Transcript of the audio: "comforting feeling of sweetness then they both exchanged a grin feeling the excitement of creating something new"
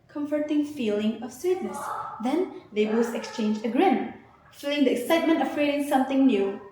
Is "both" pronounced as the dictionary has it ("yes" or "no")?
no